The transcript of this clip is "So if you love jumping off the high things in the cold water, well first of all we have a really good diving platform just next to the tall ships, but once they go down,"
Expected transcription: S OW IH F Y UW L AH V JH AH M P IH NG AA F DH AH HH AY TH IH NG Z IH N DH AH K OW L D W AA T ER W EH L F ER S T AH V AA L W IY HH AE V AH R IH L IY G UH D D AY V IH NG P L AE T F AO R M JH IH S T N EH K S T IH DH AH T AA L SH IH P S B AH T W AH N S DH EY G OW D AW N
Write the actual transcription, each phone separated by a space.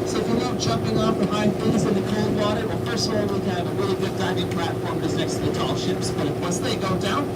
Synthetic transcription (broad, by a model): S OW IH F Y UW N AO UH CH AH M P IH NG AA F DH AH HH AY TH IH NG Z IH N DH AH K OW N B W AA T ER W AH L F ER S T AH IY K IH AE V AH R IH L IY G UH D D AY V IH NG P L AE T F AO R M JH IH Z N EH K S T IH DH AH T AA L SH IH P S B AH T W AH S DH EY G OW D AW N